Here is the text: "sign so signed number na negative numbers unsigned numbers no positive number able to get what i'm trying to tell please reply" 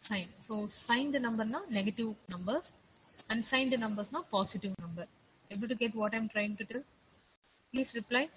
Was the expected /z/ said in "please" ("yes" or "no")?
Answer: no